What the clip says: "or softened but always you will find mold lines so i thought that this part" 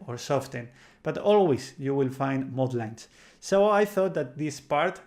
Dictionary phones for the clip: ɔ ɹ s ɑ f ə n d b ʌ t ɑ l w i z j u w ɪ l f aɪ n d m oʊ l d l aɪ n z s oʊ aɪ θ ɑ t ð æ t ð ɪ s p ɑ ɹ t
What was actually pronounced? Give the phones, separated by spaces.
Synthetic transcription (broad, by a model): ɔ ɹ s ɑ f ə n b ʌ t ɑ l w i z j u w ɪ l f aɪ n d m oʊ d l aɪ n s s oʊ aɪ θ ɑ t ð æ t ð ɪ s p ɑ ɹ t